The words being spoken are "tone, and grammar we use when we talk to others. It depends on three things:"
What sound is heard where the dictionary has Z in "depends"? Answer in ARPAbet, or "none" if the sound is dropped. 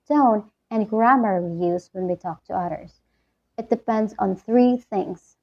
Z